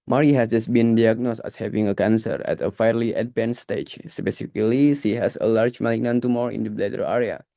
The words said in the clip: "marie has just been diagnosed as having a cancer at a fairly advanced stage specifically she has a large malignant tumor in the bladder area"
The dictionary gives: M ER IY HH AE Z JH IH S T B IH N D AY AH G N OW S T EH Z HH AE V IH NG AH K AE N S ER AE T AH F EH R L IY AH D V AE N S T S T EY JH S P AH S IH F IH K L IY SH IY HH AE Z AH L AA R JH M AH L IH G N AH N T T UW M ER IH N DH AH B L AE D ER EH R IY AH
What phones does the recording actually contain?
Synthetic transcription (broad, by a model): M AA IY HH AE S JH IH S B IH N D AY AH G N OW S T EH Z HH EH V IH NG AH K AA N S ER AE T AH F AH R L IY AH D P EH N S S T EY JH S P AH S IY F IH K L IY S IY HH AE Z AH L AA R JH M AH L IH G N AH N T T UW M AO IH N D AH B L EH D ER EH R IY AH